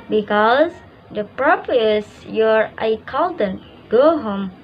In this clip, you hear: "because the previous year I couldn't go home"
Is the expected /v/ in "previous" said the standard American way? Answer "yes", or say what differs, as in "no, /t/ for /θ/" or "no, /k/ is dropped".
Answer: no, /p/ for /v/